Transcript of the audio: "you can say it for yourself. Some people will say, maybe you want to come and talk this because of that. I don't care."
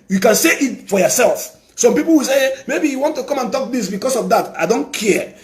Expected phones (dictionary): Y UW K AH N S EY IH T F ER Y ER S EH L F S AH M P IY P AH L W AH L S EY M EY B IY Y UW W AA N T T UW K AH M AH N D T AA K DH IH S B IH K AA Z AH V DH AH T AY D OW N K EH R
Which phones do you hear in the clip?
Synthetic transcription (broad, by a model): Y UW K AH N S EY IH T F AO Y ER S EH L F S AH M P IY P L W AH S EY M EY B IY Y UW W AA N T T UW K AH M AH N T AA K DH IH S B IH K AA S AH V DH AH T AY D OW N K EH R